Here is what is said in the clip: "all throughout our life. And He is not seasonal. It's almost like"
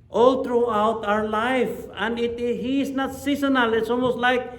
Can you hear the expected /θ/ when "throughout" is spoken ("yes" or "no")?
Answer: no